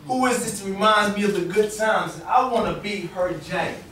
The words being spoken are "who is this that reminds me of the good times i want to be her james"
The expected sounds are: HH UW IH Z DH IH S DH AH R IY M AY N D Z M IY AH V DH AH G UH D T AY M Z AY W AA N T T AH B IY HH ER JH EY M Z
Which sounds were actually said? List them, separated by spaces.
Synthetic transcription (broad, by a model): HH UW IH Z DH IH S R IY M AY N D M IY AH V DH AH G UH D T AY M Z AY W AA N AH B IY HH ER JH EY